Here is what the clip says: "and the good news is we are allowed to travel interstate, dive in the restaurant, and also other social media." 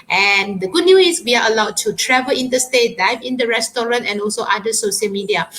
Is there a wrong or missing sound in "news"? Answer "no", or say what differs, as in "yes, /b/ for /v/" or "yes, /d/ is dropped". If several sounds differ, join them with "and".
yes, /z/ is dropped